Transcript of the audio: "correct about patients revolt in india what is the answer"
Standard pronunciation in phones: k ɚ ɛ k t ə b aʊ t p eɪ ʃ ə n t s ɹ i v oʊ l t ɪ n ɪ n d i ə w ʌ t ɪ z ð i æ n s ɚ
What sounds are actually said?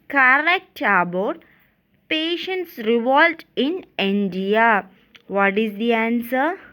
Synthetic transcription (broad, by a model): k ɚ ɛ k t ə b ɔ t p eɪ ʃ ə n t s ɹ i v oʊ l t ɪ n ɪ n d i ə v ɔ t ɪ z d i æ n s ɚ